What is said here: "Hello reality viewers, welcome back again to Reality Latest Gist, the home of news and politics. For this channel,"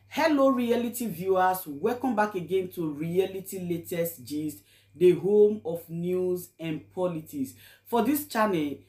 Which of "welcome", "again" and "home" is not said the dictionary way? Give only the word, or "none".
welcome